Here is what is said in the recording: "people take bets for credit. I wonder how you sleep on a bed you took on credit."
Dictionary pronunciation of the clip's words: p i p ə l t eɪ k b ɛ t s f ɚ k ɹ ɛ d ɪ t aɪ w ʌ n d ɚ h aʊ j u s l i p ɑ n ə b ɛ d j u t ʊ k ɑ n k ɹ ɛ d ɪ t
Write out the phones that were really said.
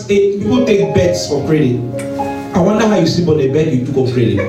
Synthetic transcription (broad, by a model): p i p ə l t eɪ k b ɛ t s f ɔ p ɹ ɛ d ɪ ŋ aɪ w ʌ n d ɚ h aʊ j u s i b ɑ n ə b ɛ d j u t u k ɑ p ɹ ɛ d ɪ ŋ